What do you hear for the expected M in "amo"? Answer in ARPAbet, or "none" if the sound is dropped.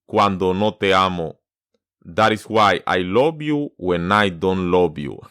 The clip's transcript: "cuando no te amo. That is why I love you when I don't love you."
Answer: M